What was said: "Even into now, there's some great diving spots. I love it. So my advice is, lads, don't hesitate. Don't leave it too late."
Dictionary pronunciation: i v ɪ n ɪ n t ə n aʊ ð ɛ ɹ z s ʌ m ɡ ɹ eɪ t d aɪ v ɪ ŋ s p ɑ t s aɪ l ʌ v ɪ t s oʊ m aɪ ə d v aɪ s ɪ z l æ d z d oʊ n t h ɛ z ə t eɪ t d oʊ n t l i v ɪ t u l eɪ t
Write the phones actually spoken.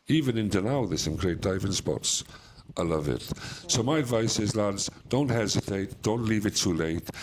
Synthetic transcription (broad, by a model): i v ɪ n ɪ n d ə n aʊ ð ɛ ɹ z s ʌ m ɡ ɹ eɪ t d aɪ v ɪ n s p ɑ t s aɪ l ʌ v ɪ t s oʊ m aɪ ə d v aɪ s ɪ z l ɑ d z d oʊ n t h ɛ z ə t eɪ t d oʊ n t l i v ɪ t u l eɪ t